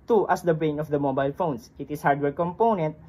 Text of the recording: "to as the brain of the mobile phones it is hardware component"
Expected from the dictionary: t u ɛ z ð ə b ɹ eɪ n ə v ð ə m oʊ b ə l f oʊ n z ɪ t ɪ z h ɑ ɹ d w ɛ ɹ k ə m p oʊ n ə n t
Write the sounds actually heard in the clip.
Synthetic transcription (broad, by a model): t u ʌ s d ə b ɹ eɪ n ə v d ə m oʊ b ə l f oʊ n s ɪ t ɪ s h ɑ ɹ d w ɛ ɹ k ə m p oʊ n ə n t